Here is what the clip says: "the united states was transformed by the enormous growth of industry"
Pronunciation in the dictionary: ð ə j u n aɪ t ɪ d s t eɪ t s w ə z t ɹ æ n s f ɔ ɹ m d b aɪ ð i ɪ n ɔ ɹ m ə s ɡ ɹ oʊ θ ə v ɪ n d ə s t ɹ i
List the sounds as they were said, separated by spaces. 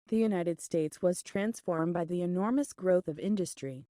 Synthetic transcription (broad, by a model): ð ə j u n aɪ t ɪ d s t eɪ t s w ə z t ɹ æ n s f ɔ ɹ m b aɪ ð i ɪ n ɔ ɹ m ə s ɡ ɹ oʊ θ ə v ɪ n d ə s t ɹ i